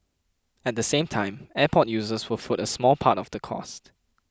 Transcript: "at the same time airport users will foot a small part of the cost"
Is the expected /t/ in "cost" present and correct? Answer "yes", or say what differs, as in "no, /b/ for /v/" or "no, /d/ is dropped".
yes